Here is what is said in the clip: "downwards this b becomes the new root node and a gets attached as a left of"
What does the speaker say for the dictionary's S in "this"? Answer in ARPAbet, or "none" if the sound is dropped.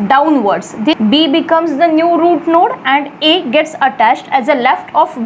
none